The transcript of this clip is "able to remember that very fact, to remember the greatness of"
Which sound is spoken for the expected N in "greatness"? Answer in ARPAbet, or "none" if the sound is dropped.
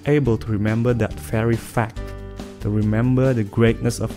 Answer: N